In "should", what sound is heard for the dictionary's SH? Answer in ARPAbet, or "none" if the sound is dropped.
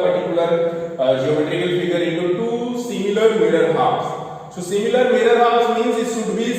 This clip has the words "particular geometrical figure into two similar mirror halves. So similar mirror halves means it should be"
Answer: S